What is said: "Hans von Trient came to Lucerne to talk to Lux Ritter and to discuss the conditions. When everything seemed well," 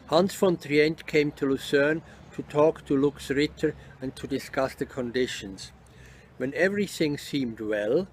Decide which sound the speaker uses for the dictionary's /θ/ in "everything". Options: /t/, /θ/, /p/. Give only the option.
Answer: /θ/